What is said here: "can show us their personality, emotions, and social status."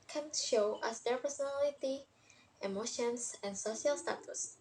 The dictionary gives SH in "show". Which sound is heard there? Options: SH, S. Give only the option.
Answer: SH